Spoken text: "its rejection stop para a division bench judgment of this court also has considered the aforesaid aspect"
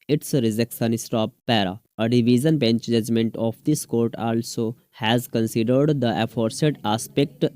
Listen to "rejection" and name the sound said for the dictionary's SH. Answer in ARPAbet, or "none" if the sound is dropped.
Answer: S